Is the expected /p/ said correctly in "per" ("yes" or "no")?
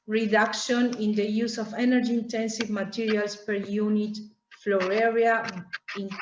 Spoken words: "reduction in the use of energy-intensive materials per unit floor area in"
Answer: yes